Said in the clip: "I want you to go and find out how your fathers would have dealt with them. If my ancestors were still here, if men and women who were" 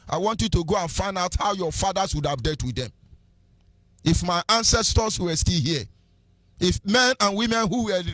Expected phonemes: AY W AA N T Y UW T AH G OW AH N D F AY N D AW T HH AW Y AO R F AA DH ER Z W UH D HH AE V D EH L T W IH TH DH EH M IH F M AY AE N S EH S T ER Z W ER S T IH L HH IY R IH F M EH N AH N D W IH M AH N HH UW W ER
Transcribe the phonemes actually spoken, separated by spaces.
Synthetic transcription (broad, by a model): AY W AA N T Y UW T AH G OW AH N F AY N D AW T HH AW Y AO F AA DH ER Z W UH D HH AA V D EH T W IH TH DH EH M IH F M AY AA N S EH S T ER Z W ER S T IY L HH IY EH IH F M EH N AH N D W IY M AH N HH UW W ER